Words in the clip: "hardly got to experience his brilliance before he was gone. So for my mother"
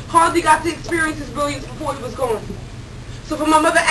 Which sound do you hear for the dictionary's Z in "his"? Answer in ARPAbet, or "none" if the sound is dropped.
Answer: Z